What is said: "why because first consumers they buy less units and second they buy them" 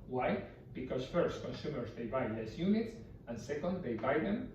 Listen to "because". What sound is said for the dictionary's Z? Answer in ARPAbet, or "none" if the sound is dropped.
S